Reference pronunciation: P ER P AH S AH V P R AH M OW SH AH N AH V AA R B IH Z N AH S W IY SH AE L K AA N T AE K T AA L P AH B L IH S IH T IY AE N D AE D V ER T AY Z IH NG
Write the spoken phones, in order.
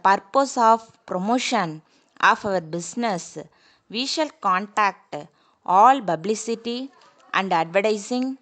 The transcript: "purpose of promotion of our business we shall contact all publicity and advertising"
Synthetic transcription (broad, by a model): P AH P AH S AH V P R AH M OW SH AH N AH V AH R B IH S N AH S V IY SH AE L K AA N T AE K T AA L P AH B L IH S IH T IY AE N D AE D V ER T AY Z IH NG